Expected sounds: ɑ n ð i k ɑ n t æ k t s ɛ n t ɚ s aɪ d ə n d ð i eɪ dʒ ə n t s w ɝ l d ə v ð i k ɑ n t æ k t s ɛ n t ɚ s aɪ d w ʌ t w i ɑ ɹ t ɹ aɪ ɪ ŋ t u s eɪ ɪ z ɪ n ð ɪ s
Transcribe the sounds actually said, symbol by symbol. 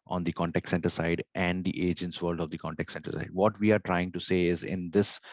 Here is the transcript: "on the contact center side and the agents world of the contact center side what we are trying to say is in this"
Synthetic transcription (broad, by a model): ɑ n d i k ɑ n t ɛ k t s ɛ n t ɚ s aɪ d ə n d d i eɪ dʒ ə n t s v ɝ l d ə v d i k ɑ n t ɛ k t s ɛ n t ɚ s aɪ d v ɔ t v i ɑ ɹ t ɹ aɪ ɪ ŋ t u s eɪ ɪ z ɪ n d ɪ s